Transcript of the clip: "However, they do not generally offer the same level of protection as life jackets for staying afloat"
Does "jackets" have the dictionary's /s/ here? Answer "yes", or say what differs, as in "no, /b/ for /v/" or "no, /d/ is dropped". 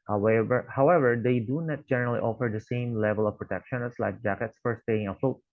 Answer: yes